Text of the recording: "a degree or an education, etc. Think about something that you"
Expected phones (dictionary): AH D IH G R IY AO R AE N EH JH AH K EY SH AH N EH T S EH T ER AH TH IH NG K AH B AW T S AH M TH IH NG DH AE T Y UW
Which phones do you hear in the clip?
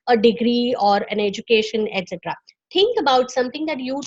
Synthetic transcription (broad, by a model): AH D IH G R IY AO R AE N EH JH AH K EY SH AH N EH T S EH T ER AH T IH NG K AH B AW T S AH M T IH NG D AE T Y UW